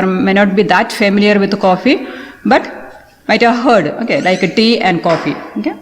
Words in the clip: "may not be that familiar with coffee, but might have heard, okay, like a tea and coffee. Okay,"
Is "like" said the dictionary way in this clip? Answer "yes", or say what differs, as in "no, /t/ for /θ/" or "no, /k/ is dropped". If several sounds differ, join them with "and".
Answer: yes